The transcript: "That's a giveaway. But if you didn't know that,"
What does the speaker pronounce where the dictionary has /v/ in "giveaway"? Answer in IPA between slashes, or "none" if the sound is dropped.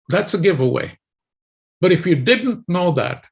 /v/